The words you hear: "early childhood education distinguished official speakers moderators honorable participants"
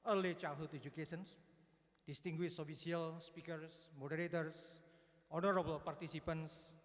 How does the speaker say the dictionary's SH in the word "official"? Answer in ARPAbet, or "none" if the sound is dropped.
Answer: S